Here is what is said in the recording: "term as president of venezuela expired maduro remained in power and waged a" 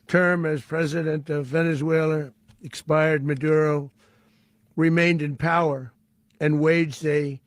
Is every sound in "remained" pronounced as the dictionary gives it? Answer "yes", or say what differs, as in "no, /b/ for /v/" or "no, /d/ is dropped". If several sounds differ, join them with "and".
yes